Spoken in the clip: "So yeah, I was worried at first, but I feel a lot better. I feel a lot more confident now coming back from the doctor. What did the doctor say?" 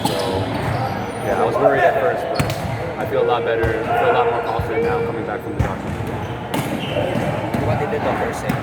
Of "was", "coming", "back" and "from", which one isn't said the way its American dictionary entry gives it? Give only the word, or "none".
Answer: none